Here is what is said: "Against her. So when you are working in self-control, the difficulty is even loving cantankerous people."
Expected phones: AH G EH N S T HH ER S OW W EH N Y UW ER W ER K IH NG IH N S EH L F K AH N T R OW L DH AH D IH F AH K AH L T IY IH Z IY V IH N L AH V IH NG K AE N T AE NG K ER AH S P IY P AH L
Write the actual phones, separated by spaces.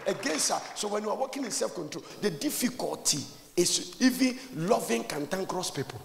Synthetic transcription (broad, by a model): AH G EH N S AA S OW W EH N Y UW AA W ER K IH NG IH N S EH L F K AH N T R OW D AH D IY F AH K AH L T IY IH S IY V IH N L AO V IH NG K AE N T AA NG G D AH S P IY P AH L